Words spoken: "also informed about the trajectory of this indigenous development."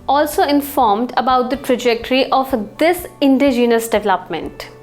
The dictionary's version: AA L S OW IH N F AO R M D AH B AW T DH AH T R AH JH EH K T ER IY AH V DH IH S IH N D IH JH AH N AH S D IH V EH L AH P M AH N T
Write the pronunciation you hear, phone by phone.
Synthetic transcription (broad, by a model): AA L S OW IH N F AO R M D AH B AW T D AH T R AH JH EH K T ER IY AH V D IH S IH N D IH JH AH N AH S D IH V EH L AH P M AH N T